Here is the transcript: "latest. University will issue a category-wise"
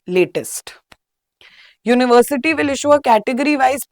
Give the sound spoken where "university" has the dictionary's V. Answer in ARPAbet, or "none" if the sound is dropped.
V